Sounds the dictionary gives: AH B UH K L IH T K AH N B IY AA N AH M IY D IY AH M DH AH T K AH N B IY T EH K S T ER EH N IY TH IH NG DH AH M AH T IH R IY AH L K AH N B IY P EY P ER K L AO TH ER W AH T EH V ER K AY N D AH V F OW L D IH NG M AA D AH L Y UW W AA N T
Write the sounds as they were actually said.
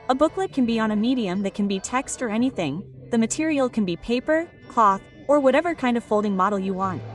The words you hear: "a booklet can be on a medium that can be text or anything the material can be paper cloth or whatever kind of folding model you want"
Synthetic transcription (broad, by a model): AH B UH K L IH T K AH N B IY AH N AH M IY D IY AH M DH AH T K N B IY T EH K S T ER EH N IY TH IH NG DH AH M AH T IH R IY L K AH N B IY P EY P ER K L AO TH ER W AH T EH V ER K AY N D AH V F OW L D IH NG M AA D L Y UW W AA N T